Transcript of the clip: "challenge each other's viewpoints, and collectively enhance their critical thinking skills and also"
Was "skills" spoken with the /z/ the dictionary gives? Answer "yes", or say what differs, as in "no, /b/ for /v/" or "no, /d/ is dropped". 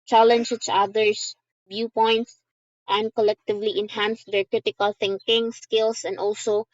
no, /s/ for /z/